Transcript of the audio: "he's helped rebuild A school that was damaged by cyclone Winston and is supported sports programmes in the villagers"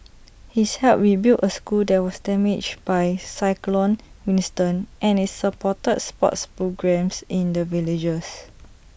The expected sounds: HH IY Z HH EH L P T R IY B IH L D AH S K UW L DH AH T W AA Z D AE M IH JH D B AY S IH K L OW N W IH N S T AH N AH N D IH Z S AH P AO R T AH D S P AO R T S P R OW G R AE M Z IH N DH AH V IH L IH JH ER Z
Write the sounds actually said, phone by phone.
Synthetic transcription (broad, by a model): HH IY S HH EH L T R IY B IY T AH S K UW L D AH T W AA S D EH M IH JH B AY S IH K L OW N W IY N S T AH N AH N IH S S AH P AO T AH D S P AO T S P R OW G R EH M S IH N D AH V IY L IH JH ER S